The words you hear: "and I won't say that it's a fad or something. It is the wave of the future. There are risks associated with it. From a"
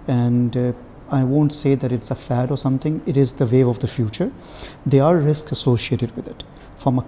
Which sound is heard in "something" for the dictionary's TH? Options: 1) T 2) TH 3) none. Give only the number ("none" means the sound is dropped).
1